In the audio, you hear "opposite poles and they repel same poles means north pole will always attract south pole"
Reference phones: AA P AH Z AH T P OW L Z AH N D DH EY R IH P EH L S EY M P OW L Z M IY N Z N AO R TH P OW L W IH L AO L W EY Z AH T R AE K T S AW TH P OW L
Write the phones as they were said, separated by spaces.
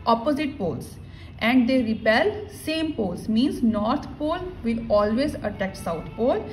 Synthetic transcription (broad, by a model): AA P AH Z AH T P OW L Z AH N D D EY R IH P EH L S EY M P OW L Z M IY N Z N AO R T P OW L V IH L AO L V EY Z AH T AE K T S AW T P OW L